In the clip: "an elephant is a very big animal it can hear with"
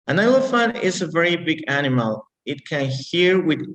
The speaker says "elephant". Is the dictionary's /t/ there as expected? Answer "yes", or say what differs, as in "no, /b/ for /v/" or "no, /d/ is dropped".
no, /t/ is dropped